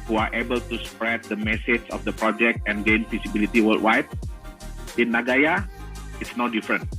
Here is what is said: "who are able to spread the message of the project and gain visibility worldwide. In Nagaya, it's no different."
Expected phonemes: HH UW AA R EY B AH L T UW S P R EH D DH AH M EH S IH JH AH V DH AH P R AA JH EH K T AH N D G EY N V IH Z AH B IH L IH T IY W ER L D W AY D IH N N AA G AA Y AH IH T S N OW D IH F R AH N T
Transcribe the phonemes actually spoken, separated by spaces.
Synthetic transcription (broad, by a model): HH UW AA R EY B AH L T UW S P R EH D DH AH M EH S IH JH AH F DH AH P R AA JH EH K T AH N G EY N F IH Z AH B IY L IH T IY W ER L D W AY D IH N N AA G AA Y AH IH T S N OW D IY F R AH N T